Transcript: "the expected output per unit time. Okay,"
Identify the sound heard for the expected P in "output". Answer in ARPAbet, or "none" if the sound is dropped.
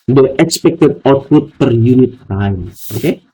none